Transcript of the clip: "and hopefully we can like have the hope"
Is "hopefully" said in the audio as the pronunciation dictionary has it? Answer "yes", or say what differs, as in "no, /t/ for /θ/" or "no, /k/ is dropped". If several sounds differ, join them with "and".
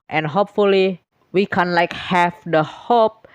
yes